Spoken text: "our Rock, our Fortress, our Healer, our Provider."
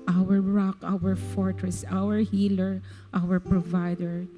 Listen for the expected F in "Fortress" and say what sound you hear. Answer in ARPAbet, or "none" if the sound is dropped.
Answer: F